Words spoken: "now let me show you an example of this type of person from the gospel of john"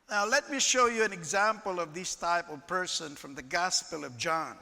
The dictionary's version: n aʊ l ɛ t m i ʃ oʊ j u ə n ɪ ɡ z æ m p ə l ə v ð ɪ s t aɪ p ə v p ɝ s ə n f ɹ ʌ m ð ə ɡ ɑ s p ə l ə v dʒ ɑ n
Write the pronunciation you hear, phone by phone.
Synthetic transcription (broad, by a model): n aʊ l ɛ t m i ʃ oʊ j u ə n ɪ ɡ z æ m p ə l ə v ð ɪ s t aɪ p ə v p ɝ s ə n f ɹ ʌ m ð ə ɡ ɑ s p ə l ə v dʒ ɑ n